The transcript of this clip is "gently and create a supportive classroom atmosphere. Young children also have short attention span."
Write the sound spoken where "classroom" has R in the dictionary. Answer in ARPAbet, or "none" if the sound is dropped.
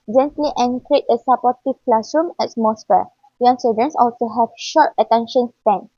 none